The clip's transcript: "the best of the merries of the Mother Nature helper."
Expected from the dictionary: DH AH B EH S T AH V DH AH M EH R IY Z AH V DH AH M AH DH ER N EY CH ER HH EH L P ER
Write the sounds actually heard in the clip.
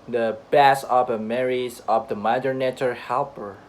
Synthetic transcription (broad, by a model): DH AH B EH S AH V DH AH M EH R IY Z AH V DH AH M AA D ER N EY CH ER HH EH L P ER